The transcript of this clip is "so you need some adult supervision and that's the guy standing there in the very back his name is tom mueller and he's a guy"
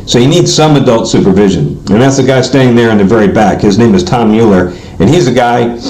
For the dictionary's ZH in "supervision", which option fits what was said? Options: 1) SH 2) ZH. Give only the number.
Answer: 2